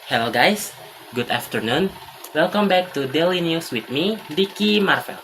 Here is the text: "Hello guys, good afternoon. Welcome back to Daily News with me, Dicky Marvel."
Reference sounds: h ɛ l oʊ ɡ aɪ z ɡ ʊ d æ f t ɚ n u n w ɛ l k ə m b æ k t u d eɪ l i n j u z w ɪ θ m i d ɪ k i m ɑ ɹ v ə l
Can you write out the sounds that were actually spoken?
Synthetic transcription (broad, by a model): h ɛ l oʊ ɡ aɪ s ɡ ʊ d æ f t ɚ n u n w ɛ l k ə m b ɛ k t u d eɪ l i n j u s w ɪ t m i d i k i m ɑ ɹ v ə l